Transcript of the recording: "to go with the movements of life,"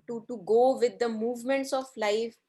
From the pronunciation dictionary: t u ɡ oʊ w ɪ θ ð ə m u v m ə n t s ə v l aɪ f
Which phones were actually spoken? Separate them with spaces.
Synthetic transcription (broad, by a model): t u ɡ oʊ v ɪ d ə m u v m ə n t s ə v l aɪ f